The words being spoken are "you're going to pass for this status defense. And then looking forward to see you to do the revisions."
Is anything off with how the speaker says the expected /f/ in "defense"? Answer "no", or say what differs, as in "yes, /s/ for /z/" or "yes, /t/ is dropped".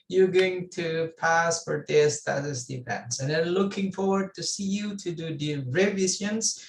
yes, /p/ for /f/